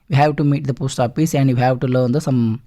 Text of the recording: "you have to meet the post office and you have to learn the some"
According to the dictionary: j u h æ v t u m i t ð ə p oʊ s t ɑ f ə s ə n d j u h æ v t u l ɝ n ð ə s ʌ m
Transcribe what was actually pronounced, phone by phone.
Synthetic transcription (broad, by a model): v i h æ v t u m i t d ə p oʊ s t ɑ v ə s ə n d j u h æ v t u l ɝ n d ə s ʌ m